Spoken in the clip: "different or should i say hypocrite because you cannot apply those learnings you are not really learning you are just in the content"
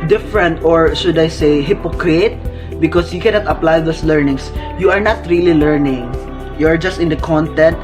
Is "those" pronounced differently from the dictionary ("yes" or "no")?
yes